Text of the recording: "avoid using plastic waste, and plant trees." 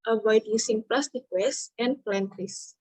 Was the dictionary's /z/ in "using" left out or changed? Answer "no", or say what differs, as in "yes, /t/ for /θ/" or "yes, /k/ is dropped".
yes, /s/ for /z/